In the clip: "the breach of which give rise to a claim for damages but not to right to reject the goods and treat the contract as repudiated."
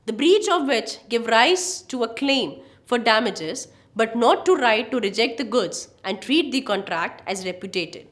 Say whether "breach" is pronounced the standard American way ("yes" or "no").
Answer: yes